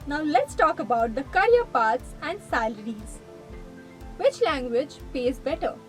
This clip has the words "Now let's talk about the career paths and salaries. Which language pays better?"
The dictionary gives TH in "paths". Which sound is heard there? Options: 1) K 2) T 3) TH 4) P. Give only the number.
2